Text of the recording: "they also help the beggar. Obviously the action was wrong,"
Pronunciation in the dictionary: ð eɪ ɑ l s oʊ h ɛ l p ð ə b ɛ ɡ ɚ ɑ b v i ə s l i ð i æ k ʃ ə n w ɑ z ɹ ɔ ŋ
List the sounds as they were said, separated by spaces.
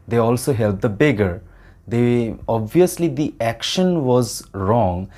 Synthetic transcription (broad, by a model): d eɪ ɑ l s oʊ h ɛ l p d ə b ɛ ɡ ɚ ɑ b v i ə s l i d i æ k ʃ ə n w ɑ z ɹ ɔ ŋ